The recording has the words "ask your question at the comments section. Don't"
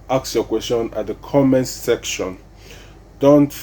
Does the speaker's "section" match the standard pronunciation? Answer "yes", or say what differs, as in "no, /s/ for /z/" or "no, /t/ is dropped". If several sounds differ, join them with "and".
yes